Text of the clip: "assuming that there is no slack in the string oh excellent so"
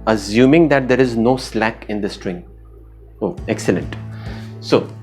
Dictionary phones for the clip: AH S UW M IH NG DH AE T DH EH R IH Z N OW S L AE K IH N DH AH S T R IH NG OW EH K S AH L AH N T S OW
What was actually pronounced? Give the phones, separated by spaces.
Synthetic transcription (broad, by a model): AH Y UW M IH NG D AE T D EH R IH Z N OW S L AE K IH N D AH S T R IH NG OW EH K S AH L AH N T S OW